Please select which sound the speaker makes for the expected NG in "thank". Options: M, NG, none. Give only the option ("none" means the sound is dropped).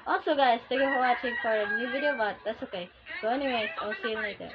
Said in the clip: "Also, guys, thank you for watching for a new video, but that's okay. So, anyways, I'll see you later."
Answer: none